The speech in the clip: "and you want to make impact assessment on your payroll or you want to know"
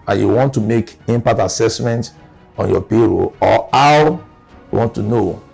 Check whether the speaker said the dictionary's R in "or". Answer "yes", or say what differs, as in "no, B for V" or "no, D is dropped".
no, W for R